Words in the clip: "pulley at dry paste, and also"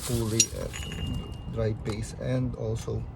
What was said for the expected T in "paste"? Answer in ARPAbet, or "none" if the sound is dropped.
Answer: none